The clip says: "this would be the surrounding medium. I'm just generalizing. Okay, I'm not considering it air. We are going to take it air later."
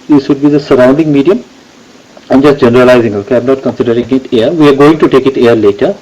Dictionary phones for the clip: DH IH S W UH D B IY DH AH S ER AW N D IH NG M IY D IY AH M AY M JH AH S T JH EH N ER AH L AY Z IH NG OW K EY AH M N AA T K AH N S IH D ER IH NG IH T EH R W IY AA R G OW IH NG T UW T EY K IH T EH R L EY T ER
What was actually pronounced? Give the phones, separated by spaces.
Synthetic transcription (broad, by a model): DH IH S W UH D B IY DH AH S ER AW N D IH NG M IY D IY AH M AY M JH AH S T JH EH N ER AH L AY Z IH NG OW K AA AH M N AA T K AH N S IH D ER IH NG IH T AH R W IY AA R G OW IH NG T UW T EY K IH T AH R L EY T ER